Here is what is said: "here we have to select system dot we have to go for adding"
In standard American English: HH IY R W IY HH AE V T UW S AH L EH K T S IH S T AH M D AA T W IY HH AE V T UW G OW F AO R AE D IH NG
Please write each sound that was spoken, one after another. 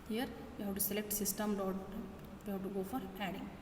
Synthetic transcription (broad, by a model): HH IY R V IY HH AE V T UW S AH L EH K T S IH S T AH M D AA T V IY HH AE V T UW G OW F AO R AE D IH NG